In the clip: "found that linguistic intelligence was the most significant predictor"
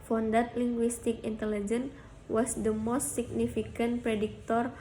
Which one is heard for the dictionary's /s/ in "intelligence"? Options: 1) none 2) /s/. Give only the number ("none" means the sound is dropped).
1